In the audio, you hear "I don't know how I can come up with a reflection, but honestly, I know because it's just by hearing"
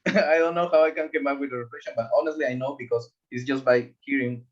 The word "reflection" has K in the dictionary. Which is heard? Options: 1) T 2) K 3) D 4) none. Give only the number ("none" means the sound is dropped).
4